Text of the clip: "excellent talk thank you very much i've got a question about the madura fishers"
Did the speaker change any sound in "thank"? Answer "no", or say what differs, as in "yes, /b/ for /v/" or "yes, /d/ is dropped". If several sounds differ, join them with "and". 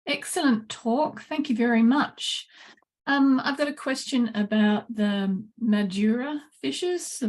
no